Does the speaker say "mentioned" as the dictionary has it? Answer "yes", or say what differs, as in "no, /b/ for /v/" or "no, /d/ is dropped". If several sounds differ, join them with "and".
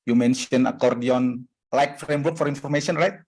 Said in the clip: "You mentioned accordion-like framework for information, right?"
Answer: no, /d/ is dropped